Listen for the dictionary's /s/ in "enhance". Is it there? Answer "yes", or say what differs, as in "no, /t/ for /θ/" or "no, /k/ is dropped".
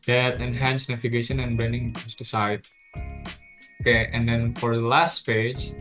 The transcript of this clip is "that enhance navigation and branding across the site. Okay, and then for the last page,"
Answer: yes